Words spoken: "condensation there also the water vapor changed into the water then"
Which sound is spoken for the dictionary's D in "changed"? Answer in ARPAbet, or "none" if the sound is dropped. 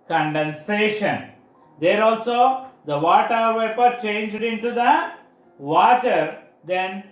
D